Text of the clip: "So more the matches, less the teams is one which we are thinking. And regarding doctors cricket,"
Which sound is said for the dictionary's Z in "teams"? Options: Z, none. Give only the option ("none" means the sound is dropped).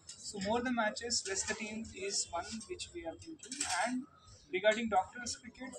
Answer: none